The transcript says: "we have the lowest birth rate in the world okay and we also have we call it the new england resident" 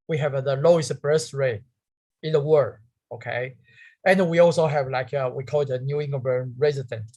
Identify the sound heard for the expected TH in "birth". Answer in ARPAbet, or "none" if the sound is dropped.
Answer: S